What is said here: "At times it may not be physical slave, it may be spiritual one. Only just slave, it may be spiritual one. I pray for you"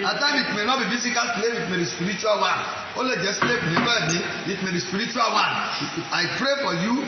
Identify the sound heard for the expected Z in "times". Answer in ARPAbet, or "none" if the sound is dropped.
none